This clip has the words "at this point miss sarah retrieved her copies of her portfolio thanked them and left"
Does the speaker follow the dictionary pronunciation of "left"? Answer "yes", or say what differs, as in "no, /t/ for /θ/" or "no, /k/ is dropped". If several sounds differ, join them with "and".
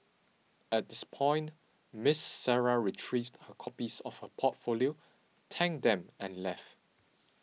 yes